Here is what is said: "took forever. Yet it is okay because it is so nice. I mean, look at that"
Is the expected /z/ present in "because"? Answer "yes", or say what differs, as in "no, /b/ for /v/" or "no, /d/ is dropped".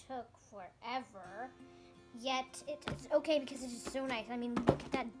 yes